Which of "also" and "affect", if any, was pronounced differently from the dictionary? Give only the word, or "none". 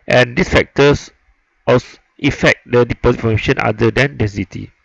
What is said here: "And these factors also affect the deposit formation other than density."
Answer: also